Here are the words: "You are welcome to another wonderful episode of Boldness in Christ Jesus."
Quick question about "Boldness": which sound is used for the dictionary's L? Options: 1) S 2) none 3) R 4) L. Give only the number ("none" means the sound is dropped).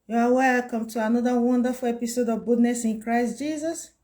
2